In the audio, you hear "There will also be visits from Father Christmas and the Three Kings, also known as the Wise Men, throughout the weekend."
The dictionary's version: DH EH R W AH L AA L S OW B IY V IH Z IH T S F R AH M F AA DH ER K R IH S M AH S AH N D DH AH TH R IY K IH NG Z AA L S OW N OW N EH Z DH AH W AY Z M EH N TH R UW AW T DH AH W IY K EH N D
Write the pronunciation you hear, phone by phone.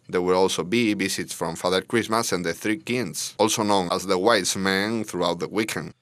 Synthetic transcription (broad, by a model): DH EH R W AH L AA L S OW B IY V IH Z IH T S F R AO M F AA DH ER K R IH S M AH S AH N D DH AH TH R IY K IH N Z AA L S OW N OW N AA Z DH AH W AY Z M EH N TH R UW AW T DH AH W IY K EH N